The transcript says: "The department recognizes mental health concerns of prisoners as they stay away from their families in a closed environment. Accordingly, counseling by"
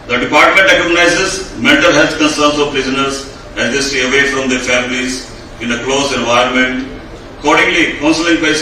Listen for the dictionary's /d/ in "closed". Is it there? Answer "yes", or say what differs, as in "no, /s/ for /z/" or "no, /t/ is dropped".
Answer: no, /d/ is dropped